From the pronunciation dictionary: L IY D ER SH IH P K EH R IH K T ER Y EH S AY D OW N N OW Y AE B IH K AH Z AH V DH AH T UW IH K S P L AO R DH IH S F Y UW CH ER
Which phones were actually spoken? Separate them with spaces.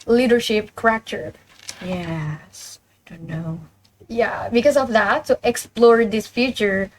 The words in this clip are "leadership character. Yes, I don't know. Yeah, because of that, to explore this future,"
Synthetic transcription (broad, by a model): L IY D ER SH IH P K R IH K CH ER Y EH S AY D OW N N OW Y AE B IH K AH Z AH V DH AH T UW IH K S P L AO R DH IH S F Y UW CH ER